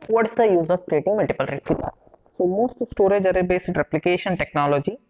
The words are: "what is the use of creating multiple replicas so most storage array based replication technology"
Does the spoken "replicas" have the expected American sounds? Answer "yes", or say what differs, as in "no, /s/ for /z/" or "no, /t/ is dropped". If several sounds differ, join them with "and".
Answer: no, /l/ is dropped